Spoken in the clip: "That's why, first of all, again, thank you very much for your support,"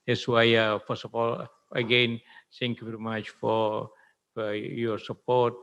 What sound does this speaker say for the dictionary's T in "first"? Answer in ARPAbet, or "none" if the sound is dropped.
none